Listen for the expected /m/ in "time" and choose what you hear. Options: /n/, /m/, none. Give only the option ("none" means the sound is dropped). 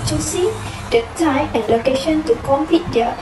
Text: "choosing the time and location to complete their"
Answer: none